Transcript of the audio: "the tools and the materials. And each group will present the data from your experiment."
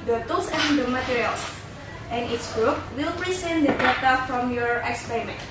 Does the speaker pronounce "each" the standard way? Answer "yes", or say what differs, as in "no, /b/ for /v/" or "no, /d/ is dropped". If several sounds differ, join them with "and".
no, /s/ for /tʃ/